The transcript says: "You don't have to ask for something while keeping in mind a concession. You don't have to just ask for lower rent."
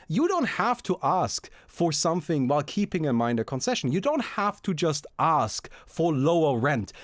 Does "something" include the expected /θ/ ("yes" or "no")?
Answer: yes